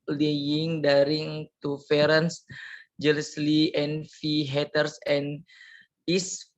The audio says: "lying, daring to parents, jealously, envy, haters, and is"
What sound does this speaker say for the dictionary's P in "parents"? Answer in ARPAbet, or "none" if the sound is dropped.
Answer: F